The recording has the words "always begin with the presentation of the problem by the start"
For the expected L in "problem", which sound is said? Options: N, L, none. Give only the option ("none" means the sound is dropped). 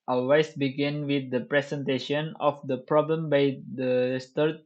L